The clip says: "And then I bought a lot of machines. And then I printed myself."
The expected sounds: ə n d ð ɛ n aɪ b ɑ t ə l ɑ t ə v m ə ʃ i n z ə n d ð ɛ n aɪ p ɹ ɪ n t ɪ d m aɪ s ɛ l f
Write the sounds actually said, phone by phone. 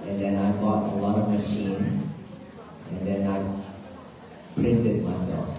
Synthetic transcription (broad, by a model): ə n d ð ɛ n aɪ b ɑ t ə l ɑ t ə v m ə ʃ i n ə n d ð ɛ n aɪ p ɹ ɪ n t ɪ d m aɪ s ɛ l f